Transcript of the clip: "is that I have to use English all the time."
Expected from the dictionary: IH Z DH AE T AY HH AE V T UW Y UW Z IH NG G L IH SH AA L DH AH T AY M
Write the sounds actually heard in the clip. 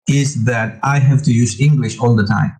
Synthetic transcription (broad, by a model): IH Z DH AE T AY HH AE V T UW Y UW Z IH NG G L IH SH AA L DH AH T AY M